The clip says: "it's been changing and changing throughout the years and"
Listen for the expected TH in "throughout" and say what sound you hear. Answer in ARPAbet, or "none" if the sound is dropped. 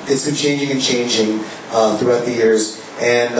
TH